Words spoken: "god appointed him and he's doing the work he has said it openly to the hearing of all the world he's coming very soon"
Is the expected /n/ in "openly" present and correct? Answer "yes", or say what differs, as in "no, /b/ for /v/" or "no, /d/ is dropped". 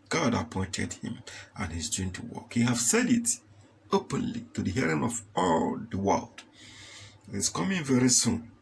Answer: yes